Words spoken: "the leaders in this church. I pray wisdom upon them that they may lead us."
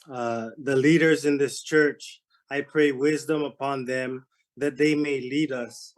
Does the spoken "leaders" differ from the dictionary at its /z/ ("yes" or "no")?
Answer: no